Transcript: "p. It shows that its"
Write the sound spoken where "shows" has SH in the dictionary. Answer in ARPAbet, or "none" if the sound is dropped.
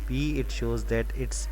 SH